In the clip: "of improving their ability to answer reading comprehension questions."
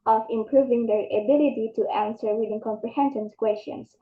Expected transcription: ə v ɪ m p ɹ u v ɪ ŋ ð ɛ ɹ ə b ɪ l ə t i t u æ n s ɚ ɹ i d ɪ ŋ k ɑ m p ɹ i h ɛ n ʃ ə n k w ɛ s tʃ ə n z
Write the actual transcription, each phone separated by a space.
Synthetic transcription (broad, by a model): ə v ɪ m p ɹ u v ɪ ŋ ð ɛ ɹ ə b ɪ l ə t i t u æ n s ɚ w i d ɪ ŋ k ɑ m p ɹ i h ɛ n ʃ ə n k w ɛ s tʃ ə n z